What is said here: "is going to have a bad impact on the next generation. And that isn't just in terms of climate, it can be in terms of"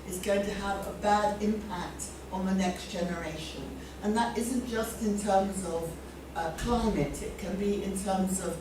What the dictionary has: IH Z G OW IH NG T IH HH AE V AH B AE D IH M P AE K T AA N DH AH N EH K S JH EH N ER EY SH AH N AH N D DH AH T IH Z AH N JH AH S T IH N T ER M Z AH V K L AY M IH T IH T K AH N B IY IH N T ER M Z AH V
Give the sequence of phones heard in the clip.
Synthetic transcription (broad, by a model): IH Z G OW IH NG T IH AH V AH B AE D IH M P AE K T N DH AH N EH K S JH EH N ER EY SH AH N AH N DH AH T IH Z AH N JH AH S T IH N T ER M Z AH V K L AY M IH T IH T K AH N B IY IH N T ER M Z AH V